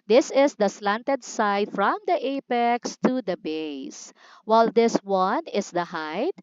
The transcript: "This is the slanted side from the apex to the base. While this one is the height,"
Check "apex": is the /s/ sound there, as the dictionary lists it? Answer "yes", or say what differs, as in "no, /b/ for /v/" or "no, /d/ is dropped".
yes